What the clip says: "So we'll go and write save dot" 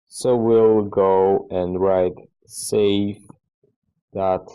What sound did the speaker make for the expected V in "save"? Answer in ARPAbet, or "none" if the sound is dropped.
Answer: F